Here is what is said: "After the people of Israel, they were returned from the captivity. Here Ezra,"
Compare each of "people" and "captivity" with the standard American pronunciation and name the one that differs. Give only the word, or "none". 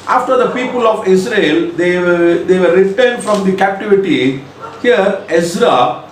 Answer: none